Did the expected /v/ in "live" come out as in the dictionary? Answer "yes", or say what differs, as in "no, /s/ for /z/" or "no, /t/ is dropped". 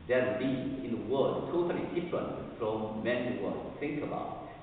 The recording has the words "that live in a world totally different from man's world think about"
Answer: no, /v/ is dropped